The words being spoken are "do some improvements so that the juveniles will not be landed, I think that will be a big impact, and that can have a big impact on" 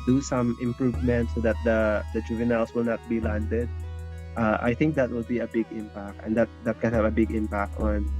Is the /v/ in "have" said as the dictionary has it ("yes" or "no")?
yes